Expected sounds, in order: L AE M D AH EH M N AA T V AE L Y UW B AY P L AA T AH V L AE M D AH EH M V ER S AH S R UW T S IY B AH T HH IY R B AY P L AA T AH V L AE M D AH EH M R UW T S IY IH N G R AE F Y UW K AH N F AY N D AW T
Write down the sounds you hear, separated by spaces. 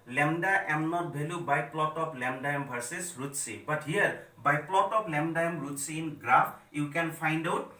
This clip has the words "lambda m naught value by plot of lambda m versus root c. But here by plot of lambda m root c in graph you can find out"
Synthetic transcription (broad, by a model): L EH M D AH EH M N AA T B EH L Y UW B AY P L AA T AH P L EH M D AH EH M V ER S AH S R UW T S IY B AH T HH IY R B AY P L AA T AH P L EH M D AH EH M R UW T S IY N G R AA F Y UW K AH N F AY N D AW T